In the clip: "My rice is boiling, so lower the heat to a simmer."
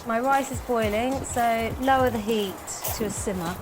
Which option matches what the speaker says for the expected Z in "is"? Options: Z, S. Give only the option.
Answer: Z